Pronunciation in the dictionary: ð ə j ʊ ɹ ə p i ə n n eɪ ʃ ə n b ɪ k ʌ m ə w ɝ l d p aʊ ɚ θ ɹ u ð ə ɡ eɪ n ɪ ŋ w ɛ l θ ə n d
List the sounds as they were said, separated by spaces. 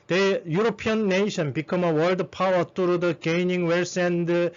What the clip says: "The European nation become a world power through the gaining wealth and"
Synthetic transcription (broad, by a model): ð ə j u ɹ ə p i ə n n eɪ ʃ ə n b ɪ k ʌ m ə w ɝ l d p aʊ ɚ t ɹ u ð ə ɡ eɪ n ɪ ŋ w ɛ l s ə n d